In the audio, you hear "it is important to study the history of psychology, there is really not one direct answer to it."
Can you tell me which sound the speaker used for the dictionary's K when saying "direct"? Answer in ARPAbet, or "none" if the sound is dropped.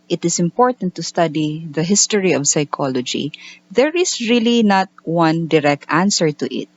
K